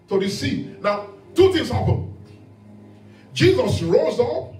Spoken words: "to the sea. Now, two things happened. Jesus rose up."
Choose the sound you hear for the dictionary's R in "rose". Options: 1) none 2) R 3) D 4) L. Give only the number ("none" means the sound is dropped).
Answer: 2